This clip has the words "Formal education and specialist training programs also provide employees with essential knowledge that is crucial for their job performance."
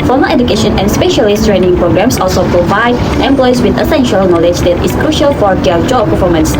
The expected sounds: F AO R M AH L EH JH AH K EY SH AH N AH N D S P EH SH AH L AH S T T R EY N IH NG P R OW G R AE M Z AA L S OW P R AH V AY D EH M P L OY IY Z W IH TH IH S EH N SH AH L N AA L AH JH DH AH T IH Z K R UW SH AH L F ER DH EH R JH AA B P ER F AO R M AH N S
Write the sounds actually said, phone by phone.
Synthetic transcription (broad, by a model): F AO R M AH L EH JH AH K EY SH AH N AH N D S P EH SH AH L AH S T T R EY N IH NG P R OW G R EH M S AA L S OW P R AH V AY D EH M P L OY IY S W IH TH IH S EH N SH AH L N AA L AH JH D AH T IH S K R UW SH AH L F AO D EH JH AA B P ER F AO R M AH N S